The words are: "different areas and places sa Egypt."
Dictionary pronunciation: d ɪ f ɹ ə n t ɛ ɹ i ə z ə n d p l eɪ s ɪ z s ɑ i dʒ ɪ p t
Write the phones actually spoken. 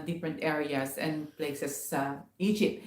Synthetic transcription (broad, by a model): d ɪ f ɹ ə n t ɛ ɹ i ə s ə n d p l eɪ s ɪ s ɑ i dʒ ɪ p t